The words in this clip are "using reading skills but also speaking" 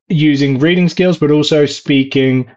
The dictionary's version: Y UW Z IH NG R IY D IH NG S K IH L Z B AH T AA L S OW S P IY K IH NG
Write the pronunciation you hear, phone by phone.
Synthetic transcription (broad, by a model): Y UW Z IH NG R IY D IH NG S K IH L Z B AH T AA L S OW S P IY K IH NG